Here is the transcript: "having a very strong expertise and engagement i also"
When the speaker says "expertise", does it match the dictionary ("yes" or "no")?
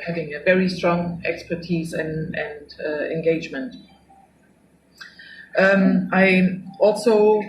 yes